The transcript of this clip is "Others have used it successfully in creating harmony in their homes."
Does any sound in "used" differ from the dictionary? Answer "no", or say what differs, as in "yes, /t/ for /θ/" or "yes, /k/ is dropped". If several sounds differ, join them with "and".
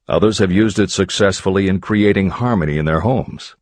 no